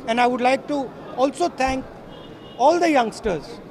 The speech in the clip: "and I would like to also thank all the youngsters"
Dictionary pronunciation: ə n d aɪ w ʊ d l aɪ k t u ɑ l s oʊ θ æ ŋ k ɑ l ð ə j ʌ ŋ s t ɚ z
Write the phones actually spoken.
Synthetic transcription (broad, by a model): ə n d aɪ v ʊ d l aɪ k t u ɑ l s oʊ t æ ŋ k ɑ l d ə j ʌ ŋ s t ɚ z